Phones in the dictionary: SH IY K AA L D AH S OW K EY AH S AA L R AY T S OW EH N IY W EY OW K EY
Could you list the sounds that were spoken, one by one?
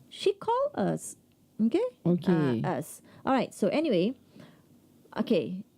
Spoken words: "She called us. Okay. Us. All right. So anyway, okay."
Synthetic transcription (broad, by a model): SH IY K AA L AH S OW K EY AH S AA L R AY T S OW EH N IY W EY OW K EY